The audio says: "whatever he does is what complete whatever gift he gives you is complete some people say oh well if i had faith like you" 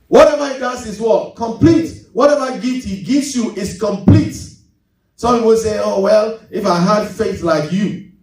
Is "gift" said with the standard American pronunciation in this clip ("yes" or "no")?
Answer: no